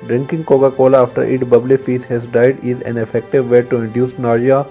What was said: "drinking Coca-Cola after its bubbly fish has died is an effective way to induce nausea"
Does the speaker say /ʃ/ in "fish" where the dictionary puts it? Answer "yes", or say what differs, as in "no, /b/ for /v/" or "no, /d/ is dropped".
no, /s/ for /ʃ/